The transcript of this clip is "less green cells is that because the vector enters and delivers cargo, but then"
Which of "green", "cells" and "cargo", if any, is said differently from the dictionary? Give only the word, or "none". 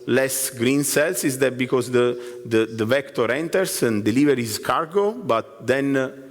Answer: cells